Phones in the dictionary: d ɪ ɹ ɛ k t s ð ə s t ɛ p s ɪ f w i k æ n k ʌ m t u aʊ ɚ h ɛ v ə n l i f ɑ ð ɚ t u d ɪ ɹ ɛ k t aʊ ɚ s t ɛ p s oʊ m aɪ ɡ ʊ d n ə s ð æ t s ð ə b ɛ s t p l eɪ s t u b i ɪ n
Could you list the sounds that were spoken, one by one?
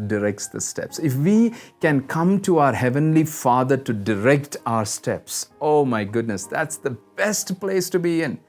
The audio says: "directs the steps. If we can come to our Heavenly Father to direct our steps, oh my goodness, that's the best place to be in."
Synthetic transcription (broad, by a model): d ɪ ɹ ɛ k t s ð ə s t ɛ p s ɪ f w i k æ n k ʌ m t u aʊ ɚ h ɛ v ə n l i f ɑ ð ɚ t u d ɪ ɹ ɛ k t aʊ ɚ s t ɛ p s oʊ m aɪ ɡ ʊ d n ə s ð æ t s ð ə b ɛ s t p l eɪ s t u b i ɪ n